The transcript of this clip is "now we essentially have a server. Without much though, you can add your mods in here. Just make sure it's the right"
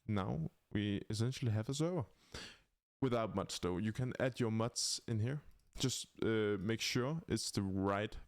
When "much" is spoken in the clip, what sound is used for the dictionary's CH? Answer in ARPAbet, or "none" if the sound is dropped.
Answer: S